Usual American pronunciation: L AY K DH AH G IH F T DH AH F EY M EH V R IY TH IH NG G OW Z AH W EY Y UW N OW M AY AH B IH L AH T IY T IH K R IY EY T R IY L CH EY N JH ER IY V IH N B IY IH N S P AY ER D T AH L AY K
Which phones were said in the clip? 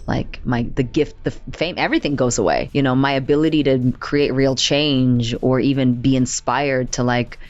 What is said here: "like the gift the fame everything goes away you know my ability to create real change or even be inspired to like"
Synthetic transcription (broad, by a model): L AY K DH AH G IH F T DH AH F EY M EH V R IY TH IH NG G OW Z AH W EY Y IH N OW M AY AH B IH L AH T IY T IH K R IY EY T R IY L CH EY N JH ER IY V IH N B IY IH N S P AY ER D T AH L AY K